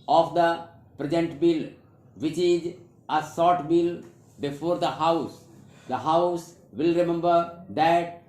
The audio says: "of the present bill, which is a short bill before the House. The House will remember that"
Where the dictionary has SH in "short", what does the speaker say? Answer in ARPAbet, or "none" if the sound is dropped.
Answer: S